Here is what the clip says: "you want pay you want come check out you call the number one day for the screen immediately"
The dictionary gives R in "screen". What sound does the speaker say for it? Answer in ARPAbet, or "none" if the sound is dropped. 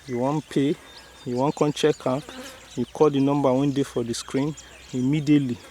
R